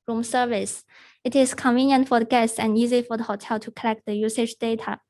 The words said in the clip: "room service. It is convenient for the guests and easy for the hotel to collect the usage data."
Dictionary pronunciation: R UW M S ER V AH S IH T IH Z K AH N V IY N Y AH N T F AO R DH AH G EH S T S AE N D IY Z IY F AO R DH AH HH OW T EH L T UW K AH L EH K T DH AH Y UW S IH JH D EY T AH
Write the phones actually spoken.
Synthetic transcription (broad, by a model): R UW M S ER V AH S IH T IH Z K AH N V IY N Y AH N T F AO R DH AH G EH S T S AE N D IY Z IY F AO R DH AH HH OW T EH L T UW K AH L EH K T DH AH Y UW S IH JH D EY T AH